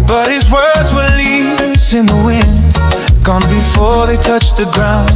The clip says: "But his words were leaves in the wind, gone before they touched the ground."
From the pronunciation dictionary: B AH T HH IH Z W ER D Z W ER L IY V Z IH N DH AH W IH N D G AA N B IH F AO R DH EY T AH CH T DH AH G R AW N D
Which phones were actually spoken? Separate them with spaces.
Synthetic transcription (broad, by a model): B AH T HH IH Z W ER D Z W ER L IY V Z IH N DH AH W IH N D G AA N B IH F AO R DH EY T AH CH DH AH G R AW N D